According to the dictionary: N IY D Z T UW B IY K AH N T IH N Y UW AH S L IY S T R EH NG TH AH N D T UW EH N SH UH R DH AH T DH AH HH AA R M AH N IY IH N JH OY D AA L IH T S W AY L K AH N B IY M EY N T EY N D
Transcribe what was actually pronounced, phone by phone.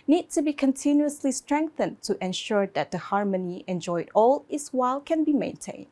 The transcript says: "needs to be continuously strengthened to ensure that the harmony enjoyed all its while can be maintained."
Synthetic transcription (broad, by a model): N IY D T UW B IY K AH N T IH N Y UW AH S L IY S T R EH NG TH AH N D T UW EH N SH UH R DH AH T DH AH HH AA R M AH N IY IH N JH OY D AA L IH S W AY L K AH N B IY M EY N T EY N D